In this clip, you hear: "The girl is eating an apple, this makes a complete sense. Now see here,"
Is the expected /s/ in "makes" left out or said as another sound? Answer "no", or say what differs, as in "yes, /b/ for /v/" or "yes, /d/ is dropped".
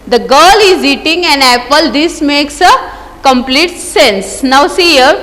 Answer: no